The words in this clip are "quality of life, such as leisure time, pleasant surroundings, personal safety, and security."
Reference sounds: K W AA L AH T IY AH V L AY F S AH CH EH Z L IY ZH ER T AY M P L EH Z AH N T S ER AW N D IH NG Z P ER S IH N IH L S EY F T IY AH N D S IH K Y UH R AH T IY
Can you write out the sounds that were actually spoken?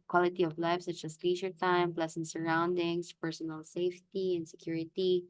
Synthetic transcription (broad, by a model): K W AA L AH T IY AH V L AY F S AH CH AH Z L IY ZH ER T AY M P L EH S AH N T S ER AW N D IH NG S P ER S IH N IH L S EY F T IY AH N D S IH K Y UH R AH T IY